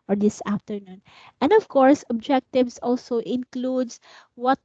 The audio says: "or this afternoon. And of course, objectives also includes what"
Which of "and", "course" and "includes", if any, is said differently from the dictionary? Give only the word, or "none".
includes